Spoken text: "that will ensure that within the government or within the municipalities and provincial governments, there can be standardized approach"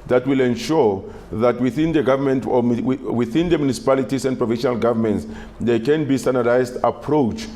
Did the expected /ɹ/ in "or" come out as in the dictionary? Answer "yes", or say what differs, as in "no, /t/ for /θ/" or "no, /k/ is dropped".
no, /w/ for /ɹ/